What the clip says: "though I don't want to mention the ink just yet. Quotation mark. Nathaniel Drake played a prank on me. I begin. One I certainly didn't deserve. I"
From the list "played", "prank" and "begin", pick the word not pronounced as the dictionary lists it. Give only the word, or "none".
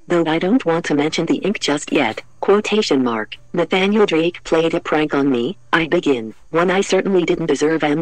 none